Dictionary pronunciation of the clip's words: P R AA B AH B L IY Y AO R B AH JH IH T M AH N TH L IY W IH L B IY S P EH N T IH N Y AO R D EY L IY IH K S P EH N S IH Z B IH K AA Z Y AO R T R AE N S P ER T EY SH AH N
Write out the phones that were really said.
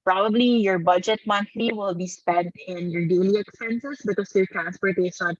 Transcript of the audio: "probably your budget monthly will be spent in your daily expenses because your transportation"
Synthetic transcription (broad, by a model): P R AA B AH B L IY Y AO R B AH JH IH T M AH N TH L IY W IH L B IY S P EH N T IH N Y AO R D EY L IY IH K S P EH N S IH S B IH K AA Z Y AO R T R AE N S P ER T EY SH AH N